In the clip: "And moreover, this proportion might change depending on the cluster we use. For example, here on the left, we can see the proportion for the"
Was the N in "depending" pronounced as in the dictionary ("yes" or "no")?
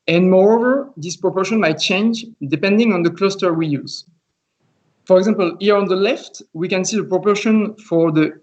yes